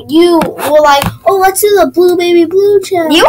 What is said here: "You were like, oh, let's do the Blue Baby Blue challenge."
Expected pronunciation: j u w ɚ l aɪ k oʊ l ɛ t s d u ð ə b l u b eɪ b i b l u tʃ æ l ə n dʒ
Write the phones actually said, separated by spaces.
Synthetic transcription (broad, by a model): j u w ɚ l aɪ k oʊ w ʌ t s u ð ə b l u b eɪ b i b l u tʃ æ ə